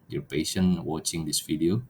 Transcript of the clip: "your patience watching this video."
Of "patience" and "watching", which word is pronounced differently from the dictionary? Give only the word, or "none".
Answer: patience